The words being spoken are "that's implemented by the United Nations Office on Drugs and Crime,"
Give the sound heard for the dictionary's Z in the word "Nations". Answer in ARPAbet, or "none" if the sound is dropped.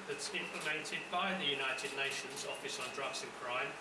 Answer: Z